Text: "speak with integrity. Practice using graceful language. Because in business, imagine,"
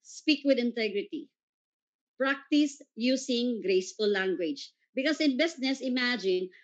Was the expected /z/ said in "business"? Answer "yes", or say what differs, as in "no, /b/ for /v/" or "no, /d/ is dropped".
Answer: no, /s/ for /z/